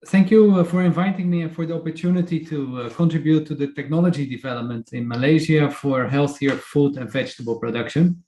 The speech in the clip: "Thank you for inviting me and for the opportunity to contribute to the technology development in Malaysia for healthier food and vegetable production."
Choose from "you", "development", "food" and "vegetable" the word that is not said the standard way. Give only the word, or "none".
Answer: none